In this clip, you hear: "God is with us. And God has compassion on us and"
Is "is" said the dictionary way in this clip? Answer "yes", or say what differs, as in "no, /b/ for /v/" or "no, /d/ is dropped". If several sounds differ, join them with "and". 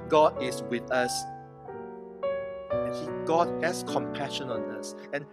no, /s/ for /z/